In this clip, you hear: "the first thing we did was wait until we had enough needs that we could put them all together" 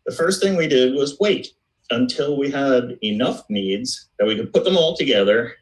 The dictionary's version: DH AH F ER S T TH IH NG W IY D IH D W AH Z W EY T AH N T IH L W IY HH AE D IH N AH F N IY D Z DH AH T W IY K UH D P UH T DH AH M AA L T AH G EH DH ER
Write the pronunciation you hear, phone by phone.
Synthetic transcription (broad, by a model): DH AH F ER S T TH IH NG W IY D IH D W AH Z W EY T AH N T IH L W IY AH D IH N AH F N IY D Z DH AH T W IY K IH D P UH T DH AH M AA L T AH G EH DH ER